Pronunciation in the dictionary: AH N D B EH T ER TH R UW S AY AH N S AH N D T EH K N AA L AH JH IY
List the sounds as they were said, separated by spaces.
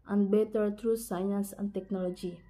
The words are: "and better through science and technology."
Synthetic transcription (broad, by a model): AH N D B EH T ER T R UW S AY AH N S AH N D T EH K N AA L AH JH IY